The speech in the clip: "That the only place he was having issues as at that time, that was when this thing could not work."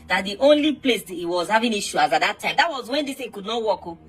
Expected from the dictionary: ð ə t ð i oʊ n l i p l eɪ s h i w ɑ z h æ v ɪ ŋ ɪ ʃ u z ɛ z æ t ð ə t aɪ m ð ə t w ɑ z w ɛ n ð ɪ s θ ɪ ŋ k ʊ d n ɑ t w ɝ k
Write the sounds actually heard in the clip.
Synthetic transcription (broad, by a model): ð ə t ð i oʊ n l i p l eɪ s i w ɑ z h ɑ v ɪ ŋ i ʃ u ɑ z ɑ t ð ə t aɪ m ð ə t w ɑ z w ɛ n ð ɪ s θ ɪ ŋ k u d n ɑ t w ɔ k